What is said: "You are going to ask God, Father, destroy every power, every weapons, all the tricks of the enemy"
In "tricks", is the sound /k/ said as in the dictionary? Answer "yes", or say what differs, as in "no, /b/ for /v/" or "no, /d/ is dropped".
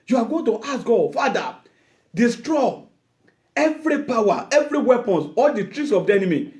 no, /k/ is dropped